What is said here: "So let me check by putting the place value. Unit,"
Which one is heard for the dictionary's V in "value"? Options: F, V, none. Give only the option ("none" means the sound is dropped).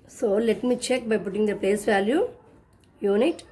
V